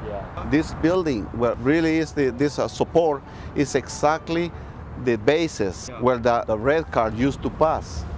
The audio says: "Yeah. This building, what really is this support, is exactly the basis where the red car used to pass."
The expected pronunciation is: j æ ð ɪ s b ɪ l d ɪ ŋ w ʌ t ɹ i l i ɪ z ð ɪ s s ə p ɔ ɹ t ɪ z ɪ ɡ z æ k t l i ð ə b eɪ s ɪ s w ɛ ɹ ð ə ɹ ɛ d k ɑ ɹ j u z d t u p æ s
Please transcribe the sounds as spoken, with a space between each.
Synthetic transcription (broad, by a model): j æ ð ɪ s b ɪ l d ɪ ŋ w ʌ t ɹ i l i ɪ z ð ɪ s s ə p ɔ ɹ t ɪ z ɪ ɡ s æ k t l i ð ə b eɪ s ɪ s w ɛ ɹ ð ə ɹ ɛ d k ɑ ɹ j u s t u p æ s